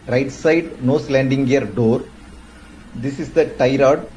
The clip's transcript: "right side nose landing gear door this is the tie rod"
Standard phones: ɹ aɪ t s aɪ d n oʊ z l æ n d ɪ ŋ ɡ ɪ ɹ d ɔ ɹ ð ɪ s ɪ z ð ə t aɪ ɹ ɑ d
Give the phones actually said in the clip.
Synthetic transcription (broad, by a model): ɹ aɪ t s aɪ d n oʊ s l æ n d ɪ ŋ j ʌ ɹ d ɔ ɹ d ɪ s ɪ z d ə t aɪ ɹ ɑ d